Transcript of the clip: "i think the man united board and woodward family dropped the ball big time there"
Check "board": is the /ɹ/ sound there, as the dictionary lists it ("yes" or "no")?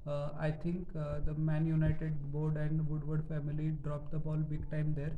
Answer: yes